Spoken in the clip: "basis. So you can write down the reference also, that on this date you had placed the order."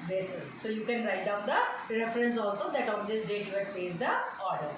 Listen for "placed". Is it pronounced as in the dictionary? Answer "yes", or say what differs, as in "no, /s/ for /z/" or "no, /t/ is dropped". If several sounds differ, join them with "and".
no, /l/ is dropped